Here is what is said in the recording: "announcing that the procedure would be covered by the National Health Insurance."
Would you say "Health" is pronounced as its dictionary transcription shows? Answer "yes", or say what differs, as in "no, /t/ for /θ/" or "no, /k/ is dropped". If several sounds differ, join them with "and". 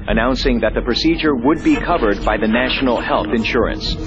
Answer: yes